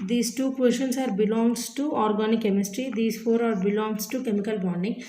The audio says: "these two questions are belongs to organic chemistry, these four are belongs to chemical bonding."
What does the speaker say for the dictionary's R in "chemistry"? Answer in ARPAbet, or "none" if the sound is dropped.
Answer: R